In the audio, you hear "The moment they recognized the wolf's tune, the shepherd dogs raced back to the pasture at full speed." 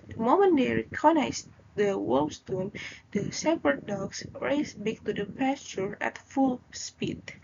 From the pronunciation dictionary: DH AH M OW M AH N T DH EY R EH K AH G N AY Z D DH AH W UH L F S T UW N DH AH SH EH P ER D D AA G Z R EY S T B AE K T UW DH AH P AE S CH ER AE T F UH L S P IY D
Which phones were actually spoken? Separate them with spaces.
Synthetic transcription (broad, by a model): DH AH M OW M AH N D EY R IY K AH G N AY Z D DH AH W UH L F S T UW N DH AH S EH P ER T D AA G S R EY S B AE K T UW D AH P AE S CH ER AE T F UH L S P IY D